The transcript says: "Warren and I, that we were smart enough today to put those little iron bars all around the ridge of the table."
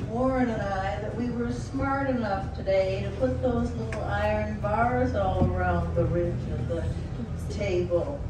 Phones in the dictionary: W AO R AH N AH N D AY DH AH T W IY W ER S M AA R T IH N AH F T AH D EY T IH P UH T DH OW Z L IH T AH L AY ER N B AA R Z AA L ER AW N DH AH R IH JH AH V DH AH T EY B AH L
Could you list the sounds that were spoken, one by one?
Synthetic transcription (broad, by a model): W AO R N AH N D AY DH AH T W IY W ER S M AA R T IH N AH F T AH D EY T IH P UH T DH OW Z L IH T L AY ER N B AA R Z AA L ER AW N DH AH R IH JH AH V DH AH T EY B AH L